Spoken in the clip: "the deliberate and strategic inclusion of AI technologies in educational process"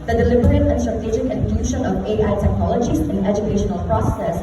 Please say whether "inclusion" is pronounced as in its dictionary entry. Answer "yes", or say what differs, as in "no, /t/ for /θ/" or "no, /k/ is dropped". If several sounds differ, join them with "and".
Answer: no, /ʃ/ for /ʒ/